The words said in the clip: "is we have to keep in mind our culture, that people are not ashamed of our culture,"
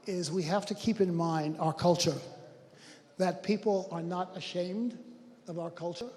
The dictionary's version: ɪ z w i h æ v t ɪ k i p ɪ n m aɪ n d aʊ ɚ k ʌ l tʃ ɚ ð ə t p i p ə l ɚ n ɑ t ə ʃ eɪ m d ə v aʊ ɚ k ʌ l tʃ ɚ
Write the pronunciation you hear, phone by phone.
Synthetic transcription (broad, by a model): ɪ z w i h æ f t ɪ k i p ɪ n m aɪ n d aʊ ɚ k ʌ l tʃ ɚ ð ə t p i p l ɚ n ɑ t ə ʃ eɪ m d ə v aʊ ɚ k ʌ l tʃ ɚ